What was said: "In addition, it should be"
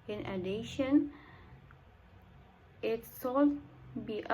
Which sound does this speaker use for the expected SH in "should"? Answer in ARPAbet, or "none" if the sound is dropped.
S